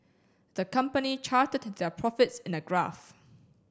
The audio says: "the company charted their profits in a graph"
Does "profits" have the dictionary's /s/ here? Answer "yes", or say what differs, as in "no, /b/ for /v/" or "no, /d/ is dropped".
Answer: yes